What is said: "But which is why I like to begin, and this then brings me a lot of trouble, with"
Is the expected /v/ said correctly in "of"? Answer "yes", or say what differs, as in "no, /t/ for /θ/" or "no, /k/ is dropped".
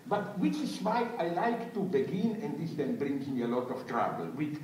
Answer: no, /f/ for /v/